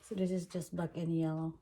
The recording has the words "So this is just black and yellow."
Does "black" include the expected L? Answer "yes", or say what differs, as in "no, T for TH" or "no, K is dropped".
no, L is dropped